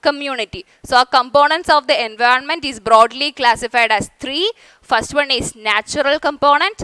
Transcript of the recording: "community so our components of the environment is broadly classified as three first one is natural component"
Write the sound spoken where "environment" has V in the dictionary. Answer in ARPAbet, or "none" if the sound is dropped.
V